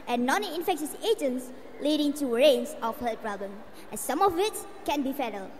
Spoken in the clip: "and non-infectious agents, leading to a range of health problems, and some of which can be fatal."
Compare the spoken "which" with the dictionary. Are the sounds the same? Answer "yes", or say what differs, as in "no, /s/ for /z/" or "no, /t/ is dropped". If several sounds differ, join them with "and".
no, /s/ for /tʃ/